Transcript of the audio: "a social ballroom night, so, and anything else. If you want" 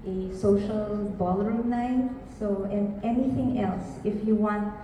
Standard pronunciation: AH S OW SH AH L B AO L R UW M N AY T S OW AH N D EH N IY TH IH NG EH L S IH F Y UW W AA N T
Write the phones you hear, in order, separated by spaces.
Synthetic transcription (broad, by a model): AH S OW SH AH L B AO L AH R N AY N S OW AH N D EH N IY TH IH NG EH L S IH F Y UW W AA N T